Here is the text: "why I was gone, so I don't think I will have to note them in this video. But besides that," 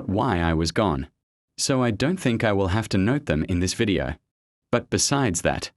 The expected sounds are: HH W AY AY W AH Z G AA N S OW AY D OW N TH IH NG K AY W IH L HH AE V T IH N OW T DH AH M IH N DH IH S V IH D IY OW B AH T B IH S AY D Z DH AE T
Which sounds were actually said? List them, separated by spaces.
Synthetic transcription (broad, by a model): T W AY AY W AH Z G AA N S OW AY D OW N TH IH NG K AY W IH L HH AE F T IH N OW T DH AH M IH N DH IH S V IH D IY OW B AH T B IH S AY D Z DH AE T